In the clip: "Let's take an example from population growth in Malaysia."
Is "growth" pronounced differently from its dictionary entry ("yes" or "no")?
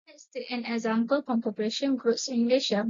yes